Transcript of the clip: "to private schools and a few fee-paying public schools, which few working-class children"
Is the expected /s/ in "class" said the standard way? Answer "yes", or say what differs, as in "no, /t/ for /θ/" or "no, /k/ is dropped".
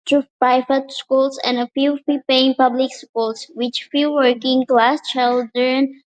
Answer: yes